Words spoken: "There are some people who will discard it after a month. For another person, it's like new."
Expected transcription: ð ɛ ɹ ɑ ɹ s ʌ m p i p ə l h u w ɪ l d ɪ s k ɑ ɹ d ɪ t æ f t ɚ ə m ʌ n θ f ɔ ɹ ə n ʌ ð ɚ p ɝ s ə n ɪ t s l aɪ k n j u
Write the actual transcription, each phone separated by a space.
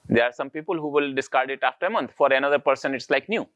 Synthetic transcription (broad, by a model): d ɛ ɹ ɑ ɹ s ʌ m p i p ə l h u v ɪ l d ɪ s k ɑ ɹ d ɪ t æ f t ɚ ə m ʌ n t f ɔ ɹ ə n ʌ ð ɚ p ɝ s ə n ɪ t s l aɪ k n j u